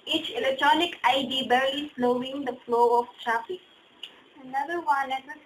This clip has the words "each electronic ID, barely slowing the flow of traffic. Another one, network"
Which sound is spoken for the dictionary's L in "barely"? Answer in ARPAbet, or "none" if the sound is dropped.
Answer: none